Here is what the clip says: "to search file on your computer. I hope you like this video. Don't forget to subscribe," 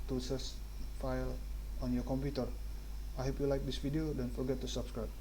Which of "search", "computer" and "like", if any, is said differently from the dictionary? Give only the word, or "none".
search